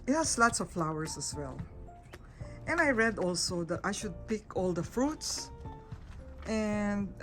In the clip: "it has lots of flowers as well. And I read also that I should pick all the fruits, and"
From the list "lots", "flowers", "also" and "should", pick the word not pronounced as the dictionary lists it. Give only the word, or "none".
flowers